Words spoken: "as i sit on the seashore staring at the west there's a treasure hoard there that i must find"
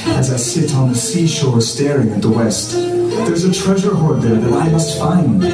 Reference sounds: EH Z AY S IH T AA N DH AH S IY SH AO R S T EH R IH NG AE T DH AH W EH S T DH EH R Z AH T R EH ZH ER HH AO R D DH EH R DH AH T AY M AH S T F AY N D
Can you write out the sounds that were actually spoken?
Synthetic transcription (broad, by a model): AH Z AY S IH T N DH AH S IY SH AO R S T EH R IH NG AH T DH AH W EH S T DH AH R Z AH T R EH ZH ER HH AO R D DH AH R DH AH T AY M AH S T F AY N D